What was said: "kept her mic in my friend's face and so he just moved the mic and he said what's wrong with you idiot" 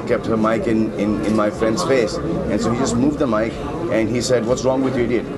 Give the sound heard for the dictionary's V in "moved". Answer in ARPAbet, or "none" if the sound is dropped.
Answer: V